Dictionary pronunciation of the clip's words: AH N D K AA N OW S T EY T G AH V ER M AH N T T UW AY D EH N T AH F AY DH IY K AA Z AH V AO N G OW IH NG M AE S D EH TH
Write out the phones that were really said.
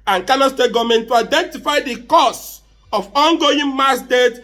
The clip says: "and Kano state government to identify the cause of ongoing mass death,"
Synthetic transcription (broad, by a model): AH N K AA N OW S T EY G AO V M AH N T T UW AY D EH N T AH F AY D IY K AA S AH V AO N G OW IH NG M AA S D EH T